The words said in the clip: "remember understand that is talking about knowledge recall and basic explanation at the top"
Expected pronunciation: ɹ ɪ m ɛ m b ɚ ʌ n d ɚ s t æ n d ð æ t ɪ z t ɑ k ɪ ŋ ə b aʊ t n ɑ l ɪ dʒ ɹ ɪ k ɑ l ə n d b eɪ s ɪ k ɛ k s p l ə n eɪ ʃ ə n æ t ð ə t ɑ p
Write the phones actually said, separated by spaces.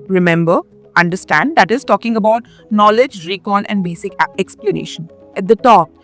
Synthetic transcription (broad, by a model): ɹ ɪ m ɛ m b ɚ ʌ n d ɚ s t æ n d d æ t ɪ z t ɑ k ɪ ŋ ə b aʊ t n ɑ l ɪ dʒ ɹ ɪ k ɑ n ə n d b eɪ s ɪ k ɛ k s p l ə n eɪ ʃ ə n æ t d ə t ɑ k